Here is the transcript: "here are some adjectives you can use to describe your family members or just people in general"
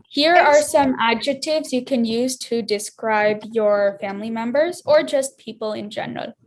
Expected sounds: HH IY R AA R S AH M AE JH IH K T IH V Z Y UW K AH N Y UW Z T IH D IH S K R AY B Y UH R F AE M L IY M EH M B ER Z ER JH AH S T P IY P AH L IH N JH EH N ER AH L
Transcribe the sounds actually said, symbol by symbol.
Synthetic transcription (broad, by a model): HH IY R AA R S AH M AE JH IH K T IH V Z Y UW K AH N Y UW Z T IH D IH S K R AY B Y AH R F AE M L IY M EH M B ER Z ER JH AH S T P IY P L IH N JH EH N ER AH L